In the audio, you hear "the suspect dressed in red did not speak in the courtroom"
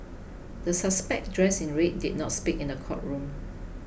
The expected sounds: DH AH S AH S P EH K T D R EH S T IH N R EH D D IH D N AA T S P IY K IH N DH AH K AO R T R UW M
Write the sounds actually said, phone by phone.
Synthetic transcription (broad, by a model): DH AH S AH S P EH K D R EH S IH N R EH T D IH D N AA T S P IY K IH N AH K AO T R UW M